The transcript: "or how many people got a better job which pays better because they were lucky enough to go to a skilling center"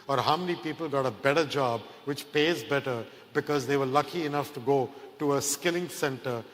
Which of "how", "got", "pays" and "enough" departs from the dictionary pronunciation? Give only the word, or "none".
none